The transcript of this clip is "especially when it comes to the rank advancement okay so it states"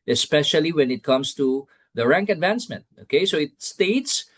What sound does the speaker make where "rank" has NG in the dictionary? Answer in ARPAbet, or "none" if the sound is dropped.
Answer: NG